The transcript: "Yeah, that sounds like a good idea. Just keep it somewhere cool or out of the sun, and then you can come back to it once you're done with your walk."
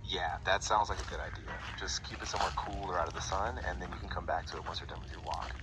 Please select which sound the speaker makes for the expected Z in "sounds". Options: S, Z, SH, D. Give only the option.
Z